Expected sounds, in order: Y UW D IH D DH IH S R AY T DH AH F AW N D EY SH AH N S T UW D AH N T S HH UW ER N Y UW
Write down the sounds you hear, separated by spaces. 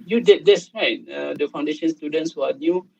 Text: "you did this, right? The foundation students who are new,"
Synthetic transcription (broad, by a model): Y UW D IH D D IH S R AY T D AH F AW N D EY SH AH N S T UW D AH N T S HH UW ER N Y UW